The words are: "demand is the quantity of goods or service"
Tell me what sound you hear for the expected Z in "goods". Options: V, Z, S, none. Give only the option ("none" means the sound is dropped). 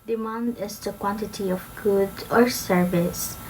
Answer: none